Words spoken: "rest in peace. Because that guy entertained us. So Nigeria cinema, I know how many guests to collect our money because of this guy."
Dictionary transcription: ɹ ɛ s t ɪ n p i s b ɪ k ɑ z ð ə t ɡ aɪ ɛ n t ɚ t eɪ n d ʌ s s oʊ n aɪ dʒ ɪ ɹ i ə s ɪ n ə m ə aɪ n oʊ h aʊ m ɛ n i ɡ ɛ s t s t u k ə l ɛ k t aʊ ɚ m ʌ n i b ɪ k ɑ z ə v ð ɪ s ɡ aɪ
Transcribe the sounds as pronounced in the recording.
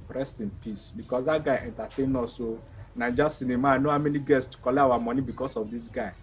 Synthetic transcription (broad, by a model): ɹ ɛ s t ɪ n p i s b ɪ k ɑ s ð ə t ɡ aɪ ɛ n t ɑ t eɪ n ɔ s s oʊ n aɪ dʒ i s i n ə m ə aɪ n oʊ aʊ m ɛ n i ɡ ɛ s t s t u k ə l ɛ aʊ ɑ m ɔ n i b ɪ k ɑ s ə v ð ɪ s ɡ aɪ